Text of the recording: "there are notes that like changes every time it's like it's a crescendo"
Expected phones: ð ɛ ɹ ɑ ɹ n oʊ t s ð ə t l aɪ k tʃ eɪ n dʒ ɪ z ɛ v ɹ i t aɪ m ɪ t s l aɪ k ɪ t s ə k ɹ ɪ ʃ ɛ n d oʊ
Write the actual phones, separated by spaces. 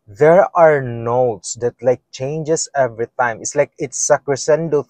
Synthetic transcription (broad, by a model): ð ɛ ɹ ɑ ɹ n oʊ t s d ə t l aɪ k tʃ eɪ n dʒ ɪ s ɛ v ɹ i t aɪ m ɪ t s l aɪ k ɪ t s ə k ɹ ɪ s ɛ n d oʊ